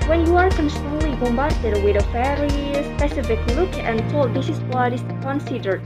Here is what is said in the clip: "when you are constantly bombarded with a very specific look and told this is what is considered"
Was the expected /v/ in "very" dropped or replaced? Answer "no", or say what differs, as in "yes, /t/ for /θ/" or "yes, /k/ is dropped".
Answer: yes, /f/ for /v/